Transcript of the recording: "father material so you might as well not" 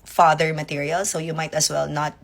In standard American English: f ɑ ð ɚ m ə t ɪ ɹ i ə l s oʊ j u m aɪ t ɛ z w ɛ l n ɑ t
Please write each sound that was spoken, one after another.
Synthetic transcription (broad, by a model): f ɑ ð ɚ m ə t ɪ ɹ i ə l s oʊ j u m aɪ t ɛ s w ɛ l n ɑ t